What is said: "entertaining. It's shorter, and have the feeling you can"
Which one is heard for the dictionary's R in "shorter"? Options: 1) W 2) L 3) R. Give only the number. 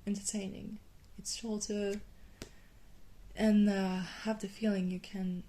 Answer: 2